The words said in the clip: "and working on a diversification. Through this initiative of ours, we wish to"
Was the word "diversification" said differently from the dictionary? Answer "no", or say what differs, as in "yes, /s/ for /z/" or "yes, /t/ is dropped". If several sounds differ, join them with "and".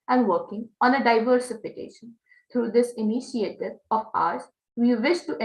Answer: no